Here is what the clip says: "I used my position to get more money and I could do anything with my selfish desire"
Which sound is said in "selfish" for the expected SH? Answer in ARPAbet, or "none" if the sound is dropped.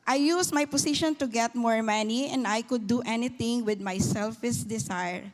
S